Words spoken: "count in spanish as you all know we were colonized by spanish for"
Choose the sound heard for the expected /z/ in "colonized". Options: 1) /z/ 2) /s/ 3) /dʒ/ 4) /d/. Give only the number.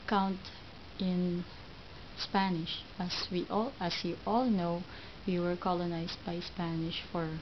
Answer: 2